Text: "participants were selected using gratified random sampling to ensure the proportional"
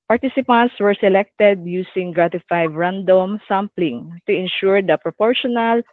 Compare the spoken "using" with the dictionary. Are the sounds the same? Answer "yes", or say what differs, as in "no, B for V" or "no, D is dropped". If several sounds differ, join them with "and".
no, S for Z